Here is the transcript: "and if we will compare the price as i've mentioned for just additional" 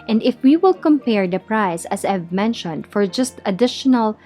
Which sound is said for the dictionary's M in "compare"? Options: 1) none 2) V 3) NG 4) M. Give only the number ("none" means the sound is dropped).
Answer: 4